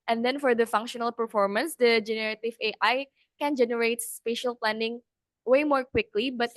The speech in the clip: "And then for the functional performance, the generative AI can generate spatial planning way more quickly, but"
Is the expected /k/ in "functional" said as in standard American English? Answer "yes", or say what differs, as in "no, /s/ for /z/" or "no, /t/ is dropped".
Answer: yes